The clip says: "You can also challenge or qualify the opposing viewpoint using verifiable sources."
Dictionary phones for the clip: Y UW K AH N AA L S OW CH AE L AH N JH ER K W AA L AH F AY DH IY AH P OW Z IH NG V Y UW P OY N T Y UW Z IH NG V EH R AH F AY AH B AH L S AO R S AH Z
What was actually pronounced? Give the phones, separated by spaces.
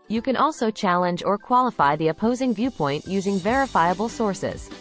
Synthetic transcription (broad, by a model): Y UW K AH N AA L S OW CH AE L AH N JH ER K W AA L AH F AY DH IY AH P OW Z IH NG V Y UW P OY N T Y UW Z IH NG V EH R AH F AY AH B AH L S AO R S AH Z